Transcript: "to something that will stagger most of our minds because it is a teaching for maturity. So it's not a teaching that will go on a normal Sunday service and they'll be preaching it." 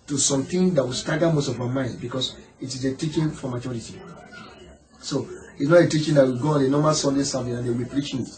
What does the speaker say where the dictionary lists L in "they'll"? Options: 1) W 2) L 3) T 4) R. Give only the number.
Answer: 1